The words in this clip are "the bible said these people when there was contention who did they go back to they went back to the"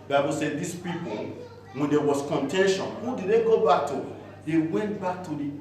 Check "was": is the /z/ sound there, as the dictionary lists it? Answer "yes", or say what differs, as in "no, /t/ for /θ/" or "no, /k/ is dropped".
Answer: no, /s/ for /z/